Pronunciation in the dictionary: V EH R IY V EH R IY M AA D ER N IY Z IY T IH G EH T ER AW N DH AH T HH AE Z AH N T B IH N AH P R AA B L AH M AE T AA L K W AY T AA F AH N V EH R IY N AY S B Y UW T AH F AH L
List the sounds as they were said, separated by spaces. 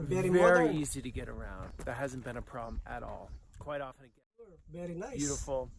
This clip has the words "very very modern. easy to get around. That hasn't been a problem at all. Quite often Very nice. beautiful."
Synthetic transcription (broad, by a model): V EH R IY V EH R IY IY Z IY T IH G EH T ER AW N DH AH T HH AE Z N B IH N AH P R AA B L AH M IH T AA L K W AY T AA F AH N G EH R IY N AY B Y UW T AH F L